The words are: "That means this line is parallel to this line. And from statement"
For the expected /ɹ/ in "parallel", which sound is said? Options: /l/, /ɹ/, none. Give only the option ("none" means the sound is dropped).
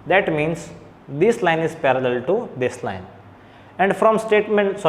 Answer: /ɹ/